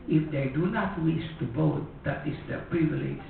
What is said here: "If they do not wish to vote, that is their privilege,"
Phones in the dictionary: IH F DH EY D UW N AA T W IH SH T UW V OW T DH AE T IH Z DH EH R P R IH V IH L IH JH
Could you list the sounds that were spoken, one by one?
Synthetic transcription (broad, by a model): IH F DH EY D UW N AA T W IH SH T UW B OW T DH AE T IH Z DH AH P R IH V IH L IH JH